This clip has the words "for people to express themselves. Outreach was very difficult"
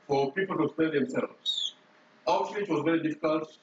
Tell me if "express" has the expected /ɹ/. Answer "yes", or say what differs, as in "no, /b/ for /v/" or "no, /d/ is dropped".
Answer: no, /ɹ/ is dropped